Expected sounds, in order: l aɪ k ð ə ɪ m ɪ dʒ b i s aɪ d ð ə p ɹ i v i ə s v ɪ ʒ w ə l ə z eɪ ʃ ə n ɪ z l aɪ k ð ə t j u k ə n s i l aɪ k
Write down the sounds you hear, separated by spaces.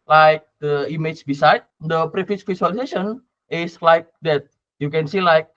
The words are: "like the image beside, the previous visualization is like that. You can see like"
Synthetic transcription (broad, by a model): l aɪ k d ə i m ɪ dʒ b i s aɪ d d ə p ɹ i f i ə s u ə l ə s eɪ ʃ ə n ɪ s l aɪ k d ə t j u k ə n s i l aɪ k